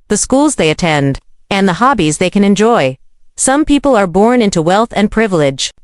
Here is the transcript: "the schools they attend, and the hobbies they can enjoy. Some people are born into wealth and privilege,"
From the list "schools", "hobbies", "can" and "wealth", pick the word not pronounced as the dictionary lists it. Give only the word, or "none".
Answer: none